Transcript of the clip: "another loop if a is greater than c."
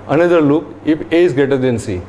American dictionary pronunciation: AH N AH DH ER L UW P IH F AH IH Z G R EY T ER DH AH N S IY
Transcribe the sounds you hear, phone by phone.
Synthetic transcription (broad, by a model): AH N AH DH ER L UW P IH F AH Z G EY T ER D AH N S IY